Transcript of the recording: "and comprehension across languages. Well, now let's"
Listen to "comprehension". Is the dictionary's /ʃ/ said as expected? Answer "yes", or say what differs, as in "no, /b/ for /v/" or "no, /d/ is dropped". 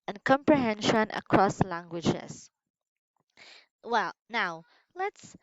yes